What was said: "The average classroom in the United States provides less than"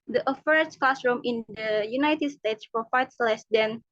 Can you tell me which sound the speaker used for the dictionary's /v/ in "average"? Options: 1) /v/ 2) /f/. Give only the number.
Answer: 2